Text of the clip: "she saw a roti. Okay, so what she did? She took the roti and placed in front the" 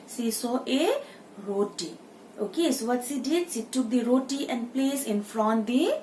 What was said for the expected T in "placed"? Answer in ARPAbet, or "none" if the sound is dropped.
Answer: none